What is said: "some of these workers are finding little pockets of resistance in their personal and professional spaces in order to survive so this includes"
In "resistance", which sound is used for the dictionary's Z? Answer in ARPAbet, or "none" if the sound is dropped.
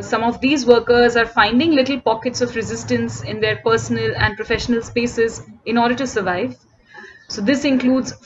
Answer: Z